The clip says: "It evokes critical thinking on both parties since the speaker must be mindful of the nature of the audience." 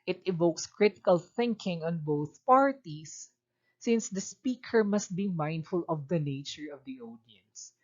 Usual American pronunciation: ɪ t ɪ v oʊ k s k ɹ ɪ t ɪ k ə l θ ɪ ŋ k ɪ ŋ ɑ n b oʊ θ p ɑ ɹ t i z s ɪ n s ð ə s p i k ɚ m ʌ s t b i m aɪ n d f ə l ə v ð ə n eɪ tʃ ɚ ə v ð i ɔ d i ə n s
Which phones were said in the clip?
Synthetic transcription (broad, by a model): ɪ t ɪ v oʊ k s k ɹ ɪ t ɪ k ə l θ ɪ ŋ k ɪ ŋ ɑ n b oʊ θ p ɑ ɹ t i s ɪ n s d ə s p i k ɚ m ʌ s t b i m aɪ n d f ə l ə v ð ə n eɪ tʃ ɚ ə v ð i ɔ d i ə n s